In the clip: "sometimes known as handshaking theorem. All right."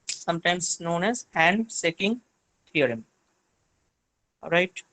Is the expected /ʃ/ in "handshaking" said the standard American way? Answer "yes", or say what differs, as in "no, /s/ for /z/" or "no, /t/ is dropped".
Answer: no, /s/ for /ʃ/